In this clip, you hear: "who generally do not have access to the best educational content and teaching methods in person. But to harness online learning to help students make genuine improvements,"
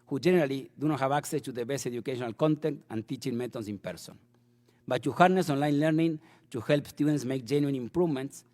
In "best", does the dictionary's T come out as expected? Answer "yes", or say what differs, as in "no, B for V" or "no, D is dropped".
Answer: no, T is dropped